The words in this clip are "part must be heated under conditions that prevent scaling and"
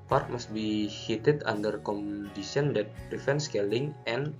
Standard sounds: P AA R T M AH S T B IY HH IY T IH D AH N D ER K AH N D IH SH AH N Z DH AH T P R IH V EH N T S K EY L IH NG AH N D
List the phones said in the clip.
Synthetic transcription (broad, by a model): P AA R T M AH S T B IY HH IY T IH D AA N D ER K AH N D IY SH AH N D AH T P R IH F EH N S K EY L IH NG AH N